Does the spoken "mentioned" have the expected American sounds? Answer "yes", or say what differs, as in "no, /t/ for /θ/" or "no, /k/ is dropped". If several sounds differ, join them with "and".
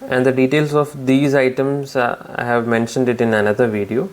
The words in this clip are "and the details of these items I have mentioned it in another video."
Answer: yes